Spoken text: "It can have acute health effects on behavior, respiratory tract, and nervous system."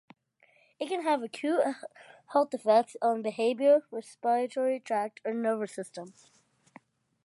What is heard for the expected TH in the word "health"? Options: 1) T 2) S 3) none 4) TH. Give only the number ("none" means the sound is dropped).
1